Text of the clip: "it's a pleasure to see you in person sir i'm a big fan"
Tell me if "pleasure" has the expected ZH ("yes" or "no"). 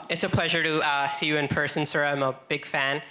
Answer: yes